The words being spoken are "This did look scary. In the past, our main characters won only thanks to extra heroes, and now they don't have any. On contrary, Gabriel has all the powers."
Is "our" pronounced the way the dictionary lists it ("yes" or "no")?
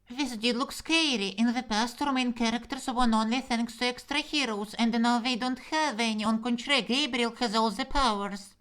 yes